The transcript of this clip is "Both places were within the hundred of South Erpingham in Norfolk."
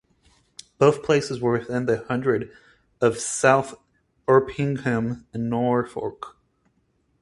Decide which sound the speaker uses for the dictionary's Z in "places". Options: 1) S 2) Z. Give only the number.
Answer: 2